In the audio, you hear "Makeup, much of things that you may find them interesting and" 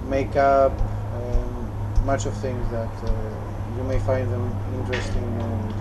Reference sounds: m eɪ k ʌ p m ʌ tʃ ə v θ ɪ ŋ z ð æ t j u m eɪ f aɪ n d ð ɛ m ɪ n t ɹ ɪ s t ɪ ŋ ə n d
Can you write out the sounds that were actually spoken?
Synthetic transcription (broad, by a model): m eɪ k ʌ p m ʌ tʃ ə v θ ɪ ŋ z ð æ t j u m eɪ f aɪ n d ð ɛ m ɪ n t ɹ ɪ s t ɪ ŋ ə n